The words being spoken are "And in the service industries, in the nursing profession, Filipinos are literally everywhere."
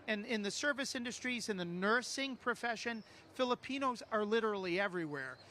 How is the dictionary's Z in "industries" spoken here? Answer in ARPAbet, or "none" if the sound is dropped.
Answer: Z